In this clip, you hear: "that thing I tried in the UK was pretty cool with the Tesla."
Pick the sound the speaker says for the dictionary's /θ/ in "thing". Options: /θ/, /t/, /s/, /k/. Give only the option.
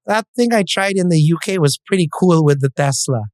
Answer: /θ/